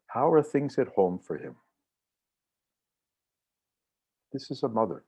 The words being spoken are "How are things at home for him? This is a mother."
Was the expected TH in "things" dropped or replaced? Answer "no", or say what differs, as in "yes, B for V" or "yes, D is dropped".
no